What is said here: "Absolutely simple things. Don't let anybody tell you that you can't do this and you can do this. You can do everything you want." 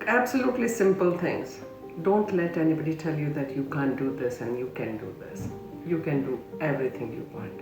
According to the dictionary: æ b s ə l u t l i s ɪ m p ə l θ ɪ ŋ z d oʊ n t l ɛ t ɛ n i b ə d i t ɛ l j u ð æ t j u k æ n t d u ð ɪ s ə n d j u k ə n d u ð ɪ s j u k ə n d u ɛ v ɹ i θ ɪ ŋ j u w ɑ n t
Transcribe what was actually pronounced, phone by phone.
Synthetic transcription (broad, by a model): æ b s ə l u t l i s ɪ m p ə l t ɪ ŋ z d oʊ n t l ɛ t ɛ n i b ə d i t ɛ l j u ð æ t j u k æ n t d u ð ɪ s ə n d j u k ə n d u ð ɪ s j u k ə n d u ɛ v ɹ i t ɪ ŋ j u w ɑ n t